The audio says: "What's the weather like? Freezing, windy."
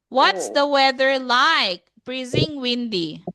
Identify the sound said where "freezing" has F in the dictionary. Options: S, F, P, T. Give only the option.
P